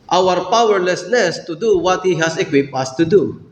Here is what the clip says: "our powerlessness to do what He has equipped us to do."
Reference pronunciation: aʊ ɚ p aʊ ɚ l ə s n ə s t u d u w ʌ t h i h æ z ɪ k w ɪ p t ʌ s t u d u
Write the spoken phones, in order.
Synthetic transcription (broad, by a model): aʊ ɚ p aʊ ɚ l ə s l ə s t u d u w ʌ t h i h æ s ɪ k w ɪ p t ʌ s t u d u